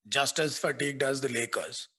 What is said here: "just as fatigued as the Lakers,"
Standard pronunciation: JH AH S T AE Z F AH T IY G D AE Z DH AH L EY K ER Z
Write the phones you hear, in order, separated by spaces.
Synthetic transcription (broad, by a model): JH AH S T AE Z F AH T IY G D AE Z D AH L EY K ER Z